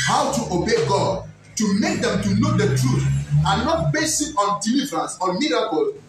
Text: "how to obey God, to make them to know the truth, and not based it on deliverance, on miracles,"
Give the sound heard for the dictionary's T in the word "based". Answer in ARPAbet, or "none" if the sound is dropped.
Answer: none